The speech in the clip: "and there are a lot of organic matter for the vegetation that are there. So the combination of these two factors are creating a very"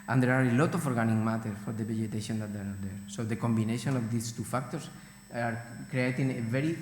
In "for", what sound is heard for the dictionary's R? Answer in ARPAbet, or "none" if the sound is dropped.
R